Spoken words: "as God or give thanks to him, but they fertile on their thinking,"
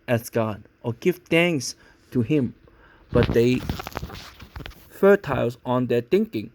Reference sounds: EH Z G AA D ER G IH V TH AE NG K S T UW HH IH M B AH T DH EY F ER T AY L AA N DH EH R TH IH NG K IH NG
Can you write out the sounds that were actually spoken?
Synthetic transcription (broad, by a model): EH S G AA D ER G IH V T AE NG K S T UW HH IH M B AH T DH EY F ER T AY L AA N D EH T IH NG K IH NG